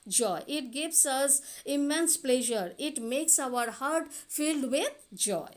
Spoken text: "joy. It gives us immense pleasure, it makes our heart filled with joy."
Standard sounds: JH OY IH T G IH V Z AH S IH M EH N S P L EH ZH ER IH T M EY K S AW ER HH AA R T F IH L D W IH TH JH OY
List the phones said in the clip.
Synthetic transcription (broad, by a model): JH OY IH T G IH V S AH S IH M EH N S P L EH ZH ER IH T M EY K S AW ER HH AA R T F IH L D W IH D JH OY